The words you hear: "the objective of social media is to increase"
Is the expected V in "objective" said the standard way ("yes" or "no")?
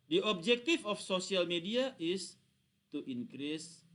no